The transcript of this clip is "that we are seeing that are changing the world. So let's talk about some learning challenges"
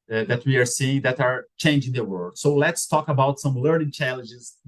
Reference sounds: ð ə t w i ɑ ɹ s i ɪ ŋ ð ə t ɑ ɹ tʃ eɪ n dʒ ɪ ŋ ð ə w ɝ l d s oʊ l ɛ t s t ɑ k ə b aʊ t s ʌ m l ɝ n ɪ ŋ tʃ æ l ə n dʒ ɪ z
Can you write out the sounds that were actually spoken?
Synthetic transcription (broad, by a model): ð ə t w i ɑ ɹ s i ɪ ŋ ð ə t ɑ ɹ tʃ eɪ n dʒ ɪ ŋ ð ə w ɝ d s oʊ l ɛ t s t ɑ k ə b aʊ t s ʌ m l ɝ n ɪ ŋ tʃ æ l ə n dʒ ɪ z